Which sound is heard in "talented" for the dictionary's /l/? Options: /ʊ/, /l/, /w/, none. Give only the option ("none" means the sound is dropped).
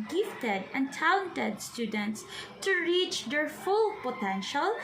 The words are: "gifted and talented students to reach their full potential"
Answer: none